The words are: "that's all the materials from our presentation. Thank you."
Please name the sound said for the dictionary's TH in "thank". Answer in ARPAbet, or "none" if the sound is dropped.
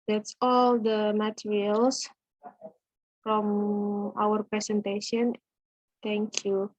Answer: T